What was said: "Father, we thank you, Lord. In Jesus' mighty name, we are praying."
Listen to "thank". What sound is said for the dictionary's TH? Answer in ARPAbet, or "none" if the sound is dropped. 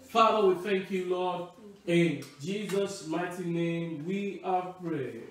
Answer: TH